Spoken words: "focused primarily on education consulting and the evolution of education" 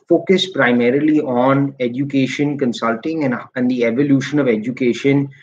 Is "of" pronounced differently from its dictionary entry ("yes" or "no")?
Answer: no